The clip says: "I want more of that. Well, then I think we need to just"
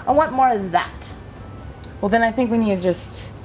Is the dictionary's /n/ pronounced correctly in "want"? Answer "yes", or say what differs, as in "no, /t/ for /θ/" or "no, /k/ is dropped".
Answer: no, /n/ is dropped